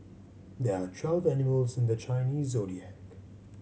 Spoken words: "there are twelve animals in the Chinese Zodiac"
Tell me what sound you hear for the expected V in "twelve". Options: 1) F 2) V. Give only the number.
2